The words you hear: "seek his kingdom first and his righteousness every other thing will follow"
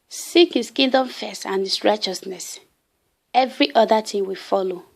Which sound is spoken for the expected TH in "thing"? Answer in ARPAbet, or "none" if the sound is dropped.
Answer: T